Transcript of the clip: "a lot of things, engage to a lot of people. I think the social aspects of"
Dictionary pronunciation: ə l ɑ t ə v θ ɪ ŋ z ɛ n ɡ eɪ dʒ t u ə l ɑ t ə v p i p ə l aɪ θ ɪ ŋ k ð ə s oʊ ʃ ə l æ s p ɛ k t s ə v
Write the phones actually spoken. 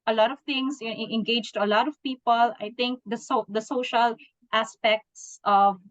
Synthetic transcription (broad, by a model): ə l ɑ t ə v t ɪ ŋ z ɛ n ɡ eɪ dʒ t u ə l ɑ t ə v p i p ə l aɪ t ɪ ŋ k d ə s oʊ ʃ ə l æ s p ɛ k t s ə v